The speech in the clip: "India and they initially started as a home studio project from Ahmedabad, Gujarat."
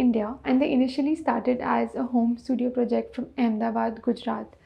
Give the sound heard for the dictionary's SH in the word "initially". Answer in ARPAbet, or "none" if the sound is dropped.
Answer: SH